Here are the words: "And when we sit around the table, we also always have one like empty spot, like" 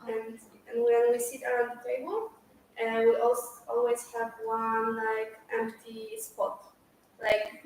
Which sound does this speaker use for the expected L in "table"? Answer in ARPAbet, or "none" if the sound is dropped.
N